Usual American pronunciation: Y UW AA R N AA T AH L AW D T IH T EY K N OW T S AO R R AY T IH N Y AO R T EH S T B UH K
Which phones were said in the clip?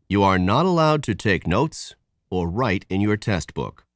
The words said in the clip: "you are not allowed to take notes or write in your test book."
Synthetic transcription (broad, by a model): Y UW AA R N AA T AH L AW D T IH T EY K N OW T S AO R R AY T IH N Y AO R T EH S T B UH K